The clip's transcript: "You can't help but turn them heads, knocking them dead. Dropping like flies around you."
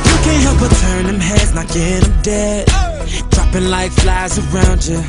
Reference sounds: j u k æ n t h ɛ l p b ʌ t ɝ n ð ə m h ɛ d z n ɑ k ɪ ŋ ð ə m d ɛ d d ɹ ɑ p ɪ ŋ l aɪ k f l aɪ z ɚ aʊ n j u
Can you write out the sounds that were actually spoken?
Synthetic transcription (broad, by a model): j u k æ n h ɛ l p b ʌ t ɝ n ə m h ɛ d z l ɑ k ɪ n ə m d ɛ d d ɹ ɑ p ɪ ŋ l aɪ k f l aɪ z ɚ aʊ n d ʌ